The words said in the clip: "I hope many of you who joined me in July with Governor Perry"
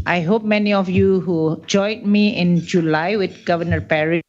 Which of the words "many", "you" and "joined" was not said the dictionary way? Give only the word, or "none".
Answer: joined